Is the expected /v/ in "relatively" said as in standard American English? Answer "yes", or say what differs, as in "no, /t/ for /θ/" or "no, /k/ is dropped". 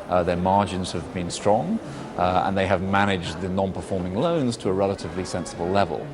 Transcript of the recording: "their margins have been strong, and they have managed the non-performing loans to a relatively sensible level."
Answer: yes